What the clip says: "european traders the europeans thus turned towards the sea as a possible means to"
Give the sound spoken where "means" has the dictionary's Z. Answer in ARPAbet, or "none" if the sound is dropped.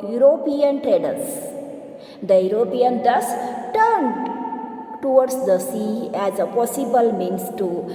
S